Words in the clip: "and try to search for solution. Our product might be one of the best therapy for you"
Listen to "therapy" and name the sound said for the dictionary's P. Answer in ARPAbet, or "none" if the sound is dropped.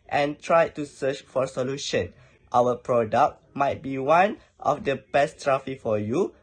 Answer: F